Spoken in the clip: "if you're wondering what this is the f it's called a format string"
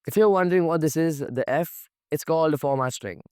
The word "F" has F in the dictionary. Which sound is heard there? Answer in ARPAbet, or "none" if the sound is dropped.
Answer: F